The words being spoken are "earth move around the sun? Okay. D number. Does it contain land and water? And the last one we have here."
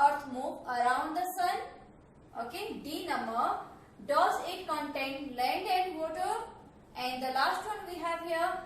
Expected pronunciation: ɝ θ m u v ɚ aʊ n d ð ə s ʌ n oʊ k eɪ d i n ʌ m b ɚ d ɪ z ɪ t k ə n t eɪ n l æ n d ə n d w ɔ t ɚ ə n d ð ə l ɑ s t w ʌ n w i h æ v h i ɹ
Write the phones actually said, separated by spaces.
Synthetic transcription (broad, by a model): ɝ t m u p ɚ aʊ n d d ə s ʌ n oʊ k eɪ d i n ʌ m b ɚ d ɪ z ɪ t k ə n t eɪ n l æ n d ə n d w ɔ t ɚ ə n d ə l ɑ s t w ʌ n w i h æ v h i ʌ